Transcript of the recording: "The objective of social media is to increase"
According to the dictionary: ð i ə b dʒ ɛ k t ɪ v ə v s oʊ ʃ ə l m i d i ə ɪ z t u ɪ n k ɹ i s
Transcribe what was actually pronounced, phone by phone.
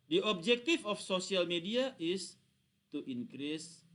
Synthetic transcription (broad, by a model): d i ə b dʒ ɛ k t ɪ f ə f s oʊ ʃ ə l m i d i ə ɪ s t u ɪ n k ɹ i s